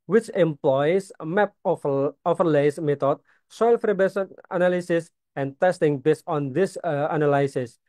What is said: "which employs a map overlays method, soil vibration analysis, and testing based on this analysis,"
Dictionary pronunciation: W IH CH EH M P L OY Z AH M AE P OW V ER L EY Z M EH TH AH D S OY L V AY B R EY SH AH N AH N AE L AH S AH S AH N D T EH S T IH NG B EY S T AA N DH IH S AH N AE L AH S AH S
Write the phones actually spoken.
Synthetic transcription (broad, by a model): W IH CH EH M P L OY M AH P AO F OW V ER L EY S M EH T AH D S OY L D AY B EY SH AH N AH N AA L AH S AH S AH N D T EH S T IH NG B EY S T AA N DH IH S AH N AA L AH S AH S